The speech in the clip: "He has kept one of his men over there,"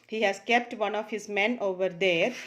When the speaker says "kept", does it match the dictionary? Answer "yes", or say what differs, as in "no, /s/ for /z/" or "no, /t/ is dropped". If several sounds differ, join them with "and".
yes